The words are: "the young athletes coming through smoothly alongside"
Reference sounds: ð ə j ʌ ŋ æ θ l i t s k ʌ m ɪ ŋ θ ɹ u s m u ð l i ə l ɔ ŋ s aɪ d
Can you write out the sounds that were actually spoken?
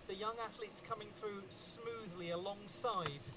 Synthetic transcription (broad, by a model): ð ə j ʌ ŋ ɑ θ l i t s k ʌ m ɪ ŋ θ ɹ u s m u ð l i ə l ɔ ŋ s aɪ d